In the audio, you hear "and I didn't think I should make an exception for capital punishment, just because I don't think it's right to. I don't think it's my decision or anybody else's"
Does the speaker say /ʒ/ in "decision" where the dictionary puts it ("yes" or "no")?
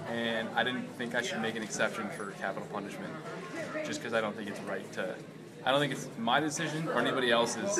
yes